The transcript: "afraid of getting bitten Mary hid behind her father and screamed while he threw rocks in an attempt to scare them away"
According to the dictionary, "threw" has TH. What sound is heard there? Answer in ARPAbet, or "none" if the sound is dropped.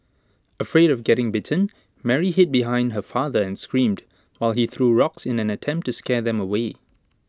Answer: TH